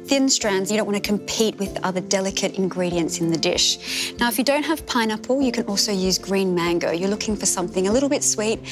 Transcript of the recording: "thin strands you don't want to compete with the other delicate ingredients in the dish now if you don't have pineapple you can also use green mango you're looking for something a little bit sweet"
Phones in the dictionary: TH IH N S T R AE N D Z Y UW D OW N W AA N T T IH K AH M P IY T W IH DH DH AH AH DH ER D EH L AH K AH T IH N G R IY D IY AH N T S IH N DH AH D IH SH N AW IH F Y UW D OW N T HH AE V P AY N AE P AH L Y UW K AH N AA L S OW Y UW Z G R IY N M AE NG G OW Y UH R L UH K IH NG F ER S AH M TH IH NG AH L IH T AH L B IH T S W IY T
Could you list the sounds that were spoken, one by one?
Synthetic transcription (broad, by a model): TH IH N S T R AE N D Z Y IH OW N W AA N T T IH K AH M P IY T W IH DH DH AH AH DH ER D EH L AH K AH T IH N G R IY D IY AH N T S IH N DH AH D IH SH N AW IH F Y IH D OW N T HH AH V P AY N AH P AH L Y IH K AH N AA L S OW Y UW Z G R IY N M AE NG G OW Y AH R L UH K IH NG F ER S AH M TH IH NG AH L IH T L B IH T S W IY T